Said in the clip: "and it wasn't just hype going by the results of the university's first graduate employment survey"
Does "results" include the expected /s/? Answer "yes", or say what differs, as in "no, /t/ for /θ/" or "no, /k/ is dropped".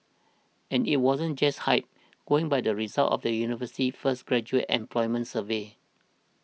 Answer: no, /s/ is dropped